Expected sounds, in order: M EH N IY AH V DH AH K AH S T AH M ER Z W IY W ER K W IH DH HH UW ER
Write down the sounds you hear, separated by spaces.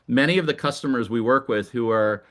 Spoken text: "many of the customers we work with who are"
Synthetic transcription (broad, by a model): M EH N IY AH V DH AH K AH S T AH M ER Z W IY W ER K W IH DH HH UW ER